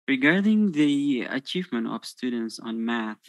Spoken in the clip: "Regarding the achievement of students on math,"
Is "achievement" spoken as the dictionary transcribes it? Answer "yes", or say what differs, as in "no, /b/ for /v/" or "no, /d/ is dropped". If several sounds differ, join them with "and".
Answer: yes